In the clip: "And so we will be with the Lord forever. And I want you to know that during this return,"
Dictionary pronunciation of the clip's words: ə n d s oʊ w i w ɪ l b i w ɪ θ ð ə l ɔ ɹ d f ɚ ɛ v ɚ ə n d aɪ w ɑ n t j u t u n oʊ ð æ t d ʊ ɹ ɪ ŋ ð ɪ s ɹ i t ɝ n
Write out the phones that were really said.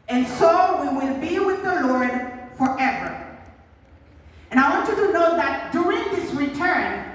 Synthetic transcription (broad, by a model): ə n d s oʊ w i w ɪ l b i w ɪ ð ə l ɔ ɹ d f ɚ ɛ v ɚ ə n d aɪ w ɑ n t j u t u n oʊ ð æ t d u ɪ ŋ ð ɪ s ɹ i t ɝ n